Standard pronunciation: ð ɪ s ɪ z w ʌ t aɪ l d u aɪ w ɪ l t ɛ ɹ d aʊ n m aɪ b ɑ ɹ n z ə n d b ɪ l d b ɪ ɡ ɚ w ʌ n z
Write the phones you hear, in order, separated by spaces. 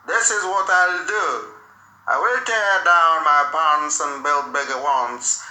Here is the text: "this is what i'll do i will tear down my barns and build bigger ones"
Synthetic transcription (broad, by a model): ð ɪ s ɪ z w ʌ t aɪ l d u aɪ w ɪ l t ɛ ɹ d aʊ n m aɪ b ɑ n s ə n b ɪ l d b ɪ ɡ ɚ w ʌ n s